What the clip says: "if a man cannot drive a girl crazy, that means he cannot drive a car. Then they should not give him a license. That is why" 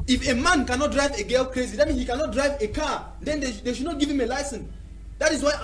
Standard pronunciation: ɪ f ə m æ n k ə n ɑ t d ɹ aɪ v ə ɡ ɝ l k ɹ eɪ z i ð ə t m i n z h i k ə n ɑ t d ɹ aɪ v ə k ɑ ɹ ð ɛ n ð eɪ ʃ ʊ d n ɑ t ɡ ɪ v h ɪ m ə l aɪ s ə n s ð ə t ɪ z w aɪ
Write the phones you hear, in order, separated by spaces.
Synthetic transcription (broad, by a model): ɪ f ə m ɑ n k ə n ɑ t d ɹ aɪ v ə ɡ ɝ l k ɹ eɪ z i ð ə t m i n h i k ə n ɑ t d ɹ aɪ v ə k ɑ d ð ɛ n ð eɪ ʃ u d n ɑ t ɡ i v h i m ə l aɪ s ə n s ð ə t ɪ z w aɪ